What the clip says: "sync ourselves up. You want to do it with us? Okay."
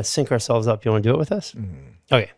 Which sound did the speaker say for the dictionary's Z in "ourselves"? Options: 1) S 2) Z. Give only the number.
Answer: 2